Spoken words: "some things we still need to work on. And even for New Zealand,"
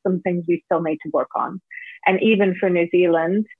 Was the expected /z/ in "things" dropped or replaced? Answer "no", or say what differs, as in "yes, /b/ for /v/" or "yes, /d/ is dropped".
no